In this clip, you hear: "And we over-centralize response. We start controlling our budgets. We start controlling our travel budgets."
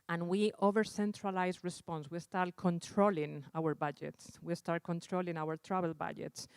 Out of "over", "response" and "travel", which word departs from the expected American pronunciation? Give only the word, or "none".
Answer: travel